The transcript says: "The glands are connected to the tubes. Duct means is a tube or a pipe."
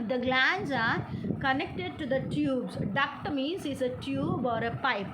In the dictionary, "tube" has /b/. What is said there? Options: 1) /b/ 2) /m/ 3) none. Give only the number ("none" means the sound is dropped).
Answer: 1